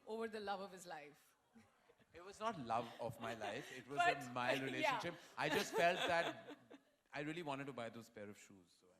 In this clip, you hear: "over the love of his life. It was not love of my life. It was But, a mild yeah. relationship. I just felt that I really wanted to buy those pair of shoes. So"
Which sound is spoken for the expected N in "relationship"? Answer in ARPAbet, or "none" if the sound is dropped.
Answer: none